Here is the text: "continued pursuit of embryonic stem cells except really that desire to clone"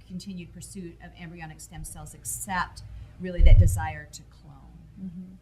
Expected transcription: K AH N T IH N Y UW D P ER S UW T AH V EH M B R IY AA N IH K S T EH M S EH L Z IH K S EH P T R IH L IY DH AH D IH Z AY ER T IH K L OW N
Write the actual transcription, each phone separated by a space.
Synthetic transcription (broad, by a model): K N T IH N Y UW D P ER S UW T AH V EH M B R IY AA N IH K S T EH M S EH L Z IH K S EH P T R IH L IY DH AH D IH Z AY ER T IH K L OW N